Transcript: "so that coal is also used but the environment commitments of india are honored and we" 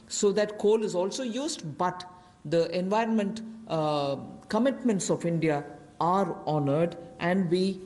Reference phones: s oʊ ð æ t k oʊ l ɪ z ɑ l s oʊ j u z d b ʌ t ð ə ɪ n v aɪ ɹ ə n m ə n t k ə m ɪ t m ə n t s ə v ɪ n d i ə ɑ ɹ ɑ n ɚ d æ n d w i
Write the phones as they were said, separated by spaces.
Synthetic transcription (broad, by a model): s oʊ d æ t k oʊ l ɪ z ɑ l s oʊ j u z d b ʌ t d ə ɪ n v aɪ ɹ ə n m ə n t k ə m ɪ t m ə n t s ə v ɪ n d i ə ɑ ɹ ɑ n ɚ d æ n d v i